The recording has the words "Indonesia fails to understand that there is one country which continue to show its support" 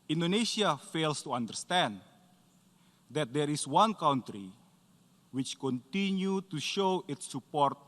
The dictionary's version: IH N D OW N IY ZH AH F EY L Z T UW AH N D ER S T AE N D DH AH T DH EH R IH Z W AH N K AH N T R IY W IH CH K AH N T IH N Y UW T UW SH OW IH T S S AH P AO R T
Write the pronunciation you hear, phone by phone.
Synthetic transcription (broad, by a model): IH N D OW N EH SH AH F EY L S T UW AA N D ER S T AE N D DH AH T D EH R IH S W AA N K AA N T R IY W IH CH K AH N T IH N Y UW T UW SH OW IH T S S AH P AO R T